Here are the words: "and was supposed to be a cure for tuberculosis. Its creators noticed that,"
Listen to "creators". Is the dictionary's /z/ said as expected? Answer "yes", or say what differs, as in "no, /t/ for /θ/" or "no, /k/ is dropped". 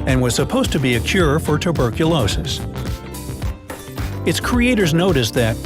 yes